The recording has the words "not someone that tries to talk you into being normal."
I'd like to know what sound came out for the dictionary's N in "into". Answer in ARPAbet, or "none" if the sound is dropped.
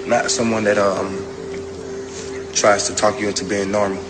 none